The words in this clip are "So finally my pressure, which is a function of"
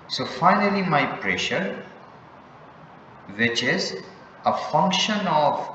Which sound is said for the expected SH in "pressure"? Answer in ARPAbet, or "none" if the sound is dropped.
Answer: SH